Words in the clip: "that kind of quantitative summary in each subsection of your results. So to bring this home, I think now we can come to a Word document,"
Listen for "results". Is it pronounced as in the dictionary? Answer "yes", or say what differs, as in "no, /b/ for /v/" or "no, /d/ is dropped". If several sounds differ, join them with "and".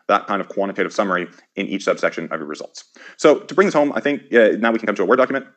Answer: yes